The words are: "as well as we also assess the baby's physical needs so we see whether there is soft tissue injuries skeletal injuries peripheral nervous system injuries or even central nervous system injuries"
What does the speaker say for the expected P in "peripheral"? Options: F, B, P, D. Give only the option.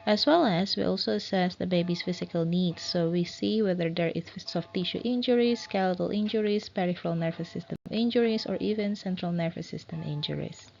P